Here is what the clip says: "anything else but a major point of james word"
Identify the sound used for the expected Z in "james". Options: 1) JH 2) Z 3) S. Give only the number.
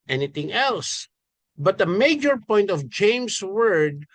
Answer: 3